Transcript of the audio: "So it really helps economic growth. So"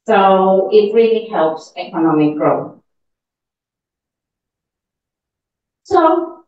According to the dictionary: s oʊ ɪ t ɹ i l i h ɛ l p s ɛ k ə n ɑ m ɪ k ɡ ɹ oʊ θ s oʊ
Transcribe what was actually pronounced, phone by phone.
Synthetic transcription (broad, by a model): s oʊ ɪ t ɹ i l i h ɛ l p s ɛ k ə n ɑ m ɪ k ɡ ɹ oʊ θ s oʊ